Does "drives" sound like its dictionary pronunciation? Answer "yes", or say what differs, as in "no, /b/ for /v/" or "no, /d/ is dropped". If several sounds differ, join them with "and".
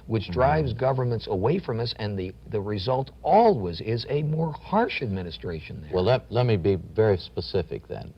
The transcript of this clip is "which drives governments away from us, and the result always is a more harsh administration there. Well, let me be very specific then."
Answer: yes